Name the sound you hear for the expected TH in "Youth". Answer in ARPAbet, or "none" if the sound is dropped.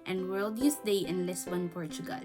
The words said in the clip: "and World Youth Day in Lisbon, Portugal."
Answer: S